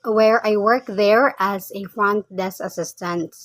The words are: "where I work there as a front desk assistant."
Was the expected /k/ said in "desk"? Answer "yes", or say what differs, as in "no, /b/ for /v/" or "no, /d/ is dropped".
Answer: no, /k/ is dropped